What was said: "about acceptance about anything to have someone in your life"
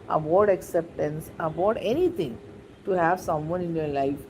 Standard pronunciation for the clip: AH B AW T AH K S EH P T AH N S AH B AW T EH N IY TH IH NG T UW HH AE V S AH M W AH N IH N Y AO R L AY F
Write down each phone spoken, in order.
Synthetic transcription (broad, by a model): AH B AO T AH K S EH P T AH N S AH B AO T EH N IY T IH NG T UW HH AE V S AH M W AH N IH N Y AO R L AY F